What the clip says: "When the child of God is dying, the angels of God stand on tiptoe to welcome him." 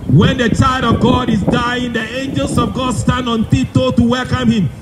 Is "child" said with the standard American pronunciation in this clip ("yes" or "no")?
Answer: yes